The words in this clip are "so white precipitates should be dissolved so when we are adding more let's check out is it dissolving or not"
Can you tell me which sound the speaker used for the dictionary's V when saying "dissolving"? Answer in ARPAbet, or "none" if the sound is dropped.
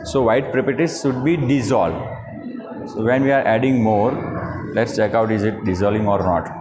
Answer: none